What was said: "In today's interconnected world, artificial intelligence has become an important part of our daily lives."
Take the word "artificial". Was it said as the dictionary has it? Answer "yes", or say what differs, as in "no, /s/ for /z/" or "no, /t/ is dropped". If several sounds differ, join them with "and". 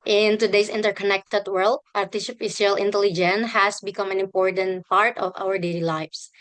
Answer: no, /s/ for /ʃ/